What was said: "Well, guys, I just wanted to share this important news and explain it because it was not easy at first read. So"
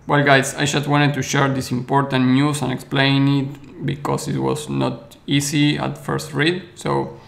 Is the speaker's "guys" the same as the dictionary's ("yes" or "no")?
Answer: no